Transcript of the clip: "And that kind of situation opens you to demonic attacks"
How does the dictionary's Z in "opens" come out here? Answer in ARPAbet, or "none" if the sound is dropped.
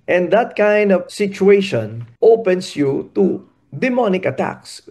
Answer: S